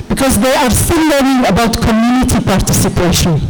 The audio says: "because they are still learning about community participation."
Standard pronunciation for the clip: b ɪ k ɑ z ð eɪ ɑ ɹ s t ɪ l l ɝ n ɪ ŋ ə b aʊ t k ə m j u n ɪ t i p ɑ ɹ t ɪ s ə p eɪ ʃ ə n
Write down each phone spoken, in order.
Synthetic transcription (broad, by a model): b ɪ k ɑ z ð eɪ ɑ ɹ s t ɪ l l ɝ ɪ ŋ ə b aʊ t k ə m j u n ɪ t i p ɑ ɹ t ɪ s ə p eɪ ʃ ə n